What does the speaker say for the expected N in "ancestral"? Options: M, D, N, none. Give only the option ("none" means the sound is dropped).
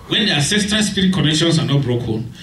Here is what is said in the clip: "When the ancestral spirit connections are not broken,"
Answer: none